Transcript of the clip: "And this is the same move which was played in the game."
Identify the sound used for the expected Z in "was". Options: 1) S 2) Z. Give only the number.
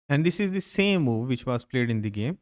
1